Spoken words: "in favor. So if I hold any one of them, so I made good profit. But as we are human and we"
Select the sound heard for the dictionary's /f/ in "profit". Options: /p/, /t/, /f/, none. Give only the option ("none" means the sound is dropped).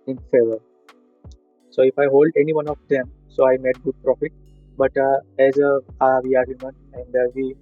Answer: /f/